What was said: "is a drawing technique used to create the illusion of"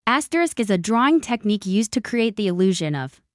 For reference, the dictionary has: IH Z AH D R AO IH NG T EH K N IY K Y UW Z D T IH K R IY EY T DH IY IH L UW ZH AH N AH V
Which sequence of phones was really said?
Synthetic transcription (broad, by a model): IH Z AH D R AO IH NG T EH K N IY K Y UW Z T IH K R IY EY T DH IY IH L UW ZH AH N AH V